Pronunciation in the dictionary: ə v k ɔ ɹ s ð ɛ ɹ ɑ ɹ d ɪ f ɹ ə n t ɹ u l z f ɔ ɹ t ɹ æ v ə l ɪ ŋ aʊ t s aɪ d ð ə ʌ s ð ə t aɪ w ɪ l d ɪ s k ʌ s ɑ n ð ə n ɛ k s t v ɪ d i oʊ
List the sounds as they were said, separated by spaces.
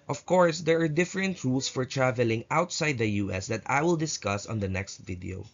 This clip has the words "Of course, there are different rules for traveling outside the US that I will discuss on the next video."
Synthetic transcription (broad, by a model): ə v k ɔ ɹ s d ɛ ɹ ɑ ɹ d ɪ f ɹ ə n t ɹ u l s f ɔ ɹ t ɹ æ v ə l ɪ ŋ aʊ t s aɪ d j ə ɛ s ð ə t aɪ w ɪ l d ɪ s k ʌ s ɑ n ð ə n ɛ k s t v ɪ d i oʊ